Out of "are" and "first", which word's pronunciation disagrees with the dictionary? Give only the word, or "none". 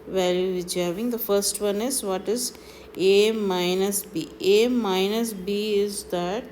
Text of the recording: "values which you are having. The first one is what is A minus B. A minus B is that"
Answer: none